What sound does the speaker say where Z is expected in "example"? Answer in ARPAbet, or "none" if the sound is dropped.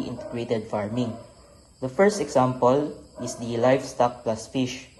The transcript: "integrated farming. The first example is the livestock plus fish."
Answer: S